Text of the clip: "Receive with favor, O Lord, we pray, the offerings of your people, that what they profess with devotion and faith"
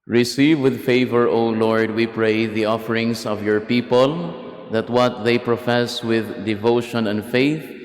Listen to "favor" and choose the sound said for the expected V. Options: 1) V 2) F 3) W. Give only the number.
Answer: 1